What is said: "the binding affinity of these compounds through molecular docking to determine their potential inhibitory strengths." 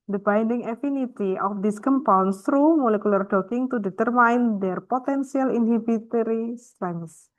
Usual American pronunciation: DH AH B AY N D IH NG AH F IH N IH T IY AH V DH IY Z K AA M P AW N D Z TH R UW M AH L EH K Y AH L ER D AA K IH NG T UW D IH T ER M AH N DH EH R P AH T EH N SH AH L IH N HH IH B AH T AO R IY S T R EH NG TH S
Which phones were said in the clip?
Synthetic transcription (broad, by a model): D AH B AY N D IH NG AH F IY N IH T IY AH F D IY S K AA M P AW N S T R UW M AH L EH K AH L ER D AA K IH NG T UW D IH T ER M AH N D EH R P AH T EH N S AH L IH N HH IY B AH T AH R IY S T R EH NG S